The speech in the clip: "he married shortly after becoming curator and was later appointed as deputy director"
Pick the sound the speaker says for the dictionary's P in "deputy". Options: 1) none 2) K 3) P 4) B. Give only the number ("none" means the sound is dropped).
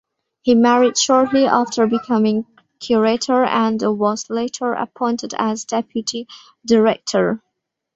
3